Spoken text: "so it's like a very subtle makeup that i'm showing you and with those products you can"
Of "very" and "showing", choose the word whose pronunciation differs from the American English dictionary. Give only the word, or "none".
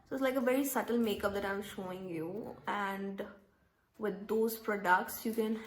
none